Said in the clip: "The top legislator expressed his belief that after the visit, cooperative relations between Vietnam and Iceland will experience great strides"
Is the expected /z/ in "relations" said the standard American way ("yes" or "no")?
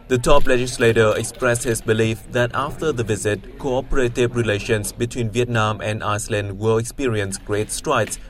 no